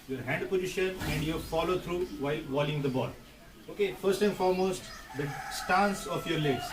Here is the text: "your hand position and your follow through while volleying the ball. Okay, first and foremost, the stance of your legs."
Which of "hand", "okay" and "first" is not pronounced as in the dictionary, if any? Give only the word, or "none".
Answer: none